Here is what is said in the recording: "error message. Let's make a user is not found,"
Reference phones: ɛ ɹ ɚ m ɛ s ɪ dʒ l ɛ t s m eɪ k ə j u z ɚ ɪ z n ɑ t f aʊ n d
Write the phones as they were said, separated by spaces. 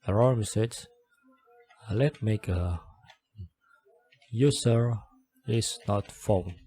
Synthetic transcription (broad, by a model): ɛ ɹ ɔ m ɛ s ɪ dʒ l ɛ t m eɪ k ə j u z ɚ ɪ s n ɑ t f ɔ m